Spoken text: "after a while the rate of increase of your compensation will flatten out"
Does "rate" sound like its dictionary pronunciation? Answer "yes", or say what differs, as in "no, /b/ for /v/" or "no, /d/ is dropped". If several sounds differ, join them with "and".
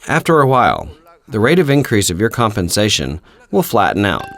yes